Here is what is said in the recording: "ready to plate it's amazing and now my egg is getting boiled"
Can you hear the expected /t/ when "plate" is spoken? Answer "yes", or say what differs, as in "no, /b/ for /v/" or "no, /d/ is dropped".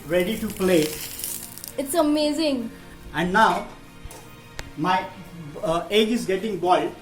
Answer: no, /t/ is dropped